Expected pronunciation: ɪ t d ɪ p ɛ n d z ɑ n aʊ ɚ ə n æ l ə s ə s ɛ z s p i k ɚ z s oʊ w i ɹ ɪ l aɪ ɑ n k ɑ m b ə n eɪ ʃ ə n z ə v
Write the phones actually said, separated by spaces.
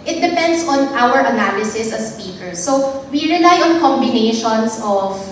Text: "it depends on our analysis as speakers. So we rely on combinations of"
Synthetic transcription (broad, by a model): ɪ t d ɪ p ɛ n d s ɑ n aʊ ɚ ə n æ l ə s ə s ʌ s p i k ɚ s oʊ w i ɹ ɪ l aɪ ɑ n k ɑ m b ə n eɪ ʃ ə n s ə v